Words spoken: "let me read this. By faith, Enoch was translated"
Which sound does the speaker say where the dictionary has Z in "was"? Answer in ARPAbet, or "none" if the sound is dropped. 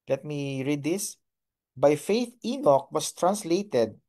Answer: S